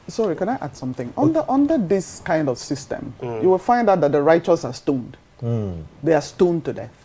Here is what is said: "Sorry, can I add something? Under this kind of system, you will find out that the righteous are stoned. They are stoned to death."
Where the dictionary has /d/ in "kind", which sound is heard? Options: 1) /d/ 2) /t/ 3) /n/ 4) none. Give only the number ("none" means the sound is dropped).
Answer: 1